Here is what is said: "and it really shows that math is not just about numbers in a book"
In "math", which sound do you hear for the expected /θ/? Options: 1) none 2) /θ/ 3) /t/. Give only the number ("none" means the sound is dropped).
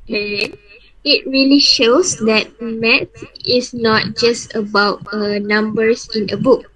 3